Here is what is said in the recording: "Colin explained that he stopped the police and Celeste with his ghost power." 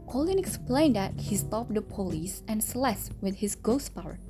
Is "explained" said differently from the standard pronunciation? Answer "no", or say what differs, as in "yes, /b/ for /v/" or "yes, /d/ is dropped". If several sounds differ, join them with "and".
no